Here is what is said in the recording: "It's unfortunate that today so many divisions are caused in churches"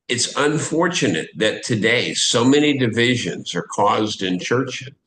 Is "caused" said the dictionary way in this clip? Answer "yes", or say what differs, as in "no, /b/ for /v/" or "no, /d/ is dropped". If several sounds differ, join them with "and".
yes